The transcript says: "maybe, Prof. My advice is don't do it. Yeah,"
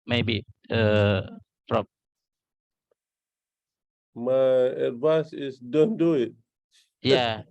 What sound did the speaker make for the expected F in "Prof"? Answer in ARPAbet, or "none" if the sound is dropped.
P